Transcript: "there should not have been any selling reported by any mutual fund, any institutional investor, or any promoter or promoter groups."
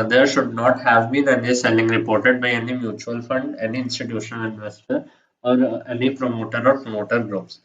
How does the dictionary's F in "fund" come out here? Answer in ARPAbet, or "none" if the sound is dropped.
F